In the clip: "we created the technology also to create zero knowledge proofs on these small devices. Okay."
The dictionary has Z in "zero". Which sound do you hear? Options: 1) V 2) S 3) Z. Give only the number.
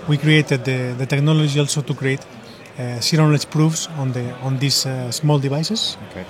2